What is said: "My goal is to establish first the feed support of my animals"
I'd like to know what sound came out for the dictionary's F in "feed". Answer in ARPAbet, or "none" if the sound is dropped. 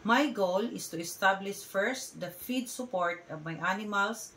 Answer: F